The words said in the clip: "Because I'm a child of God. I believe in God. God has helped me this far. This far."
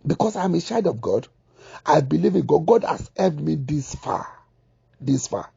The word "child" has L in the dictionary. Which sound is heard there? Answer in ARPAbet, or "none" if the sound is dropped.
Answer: none